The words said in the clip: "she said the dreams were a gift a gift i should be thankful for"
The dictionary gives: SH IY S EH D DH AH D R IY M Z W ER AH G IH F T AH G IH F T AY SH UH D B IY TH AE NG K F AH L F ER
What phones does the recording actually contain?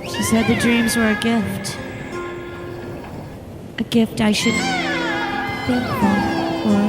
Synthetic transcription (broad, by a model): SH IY S EH D DH AH D R IY M Z W ER AH G IH F T AH G IH F T AY SH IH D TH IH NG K AH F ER